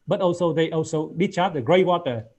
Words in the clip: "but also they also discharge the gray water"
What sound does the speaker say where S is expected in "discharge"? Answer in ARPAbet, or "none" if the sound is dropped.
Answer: none